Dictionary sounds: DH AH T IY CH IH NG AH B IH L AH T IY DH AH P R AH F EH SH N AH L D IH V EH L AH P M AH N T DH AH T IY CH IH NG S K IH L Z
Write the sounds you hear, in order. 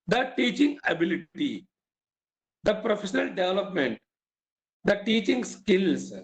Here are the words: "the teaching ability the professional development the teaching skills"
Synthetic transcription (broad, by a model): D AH T IY CH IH NG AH B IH L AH T IY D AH P R AH F EH SH N AH L D IH V EH L AH P M AH N T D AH T IY CH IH NG S K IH L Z